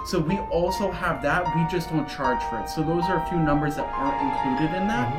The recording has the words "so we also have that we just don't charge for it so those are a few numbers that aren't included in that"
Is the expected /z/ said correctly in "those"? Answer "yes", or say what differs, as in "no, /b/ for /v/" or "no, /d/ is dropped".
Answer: yes